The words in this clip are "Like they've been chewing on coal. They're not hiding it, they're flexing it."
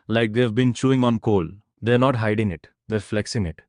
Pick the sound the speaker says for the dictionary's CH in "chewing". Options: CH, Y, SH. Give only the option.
CH